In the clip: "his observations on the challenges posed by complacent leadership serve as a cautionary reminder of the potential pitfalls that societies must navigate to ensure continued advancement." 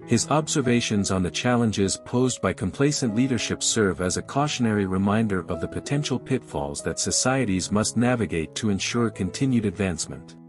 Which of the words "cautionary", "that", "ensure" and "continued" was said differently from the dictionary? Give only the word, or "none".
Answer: none